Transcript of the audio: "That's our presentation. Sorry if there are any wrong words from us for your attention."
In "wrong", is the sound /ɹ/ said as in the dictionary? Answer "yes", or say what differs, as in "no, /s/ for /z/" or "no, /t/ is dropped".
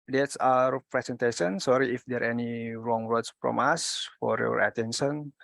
yes